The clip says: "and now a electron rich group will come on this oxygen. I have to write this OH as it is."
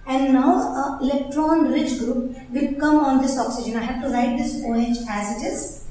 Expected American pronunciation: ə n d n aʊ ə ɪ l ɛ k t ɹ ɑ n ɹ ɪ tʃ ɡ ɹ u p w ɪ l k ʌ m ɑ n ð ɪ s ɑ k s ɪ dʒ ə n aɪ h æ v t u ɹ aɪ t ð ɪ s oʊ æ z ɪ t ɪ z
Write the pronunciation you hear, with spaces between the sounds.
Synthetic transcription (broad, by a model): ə n d n aʊ ə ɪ l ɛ k t ɹ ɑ n ɹ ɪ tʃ ɡ ɹ u p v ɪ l k ʌ m ɑ n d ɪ s ɑ k s ɪ dʒ ə n aɪ h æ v t u ɹ aɪ t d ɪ s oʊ æ z ɪ t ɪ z